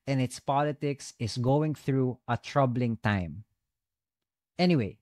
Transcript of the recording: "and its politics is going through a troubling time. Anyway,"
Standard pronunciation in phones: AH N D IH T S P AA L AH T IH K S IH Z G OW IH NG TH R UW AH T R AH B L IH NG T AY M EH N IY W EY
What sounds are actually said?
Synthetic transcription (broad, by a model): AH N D IH T S P AA L AH T IH K S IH S G OW IH NG TH R UW AH T R AH B L IH NG T AY M EH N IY W EY